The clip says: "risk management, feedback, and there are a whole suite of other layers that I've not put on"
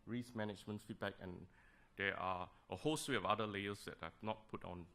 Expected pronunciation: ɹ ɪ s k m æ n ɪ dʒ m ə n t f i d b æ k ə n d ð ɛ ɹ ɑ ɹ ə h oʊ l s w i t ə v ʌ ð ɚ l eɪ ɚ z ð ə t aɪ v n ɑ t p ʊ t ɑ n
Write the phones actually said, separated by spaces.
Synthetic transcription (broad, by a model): ɹ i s m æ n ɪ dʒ m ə n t f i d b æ k ə n d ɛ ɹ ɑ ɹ ə h oʊ l s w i ə v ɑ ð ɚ l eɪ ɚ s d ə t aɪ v n ɑ t p ʊ t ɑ n